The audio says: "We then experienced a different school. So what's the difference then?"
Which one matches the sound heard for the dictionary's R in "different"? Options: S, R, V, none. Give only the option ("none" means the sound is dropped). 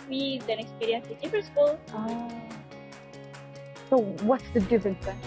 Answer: none